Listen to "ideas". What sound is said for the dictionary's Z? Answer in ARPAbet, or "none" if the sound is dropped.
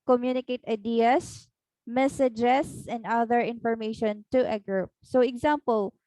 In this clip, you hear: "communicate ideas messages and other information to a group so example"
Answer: S